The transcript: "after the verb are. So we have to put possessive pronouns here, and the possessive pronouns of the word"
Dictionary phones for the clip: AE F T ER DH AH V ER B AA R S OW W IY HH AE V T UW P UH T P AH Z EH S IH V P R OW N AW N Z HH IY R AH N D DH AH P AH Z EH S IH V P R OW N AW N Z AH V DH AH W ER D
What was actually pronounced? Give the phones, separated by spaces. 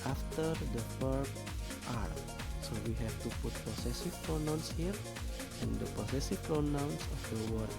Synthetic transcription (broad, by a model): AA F T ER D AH F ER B AA R S OW W IY HH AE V T UW P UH T P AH S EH S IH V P R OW N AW N S HH IY R AH N D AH P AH S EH S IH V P R OW N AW N S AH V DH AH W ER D